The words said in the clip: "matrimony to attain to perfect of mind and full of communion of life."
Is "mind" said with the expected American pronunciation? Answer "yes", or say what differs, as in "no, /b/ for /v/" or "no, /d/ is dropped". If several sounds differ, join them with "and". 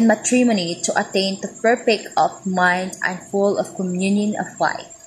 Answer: yes